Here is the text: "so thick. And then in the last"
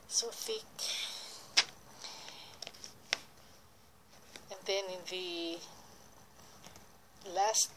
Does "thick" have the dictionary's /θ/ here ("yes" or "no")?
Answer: no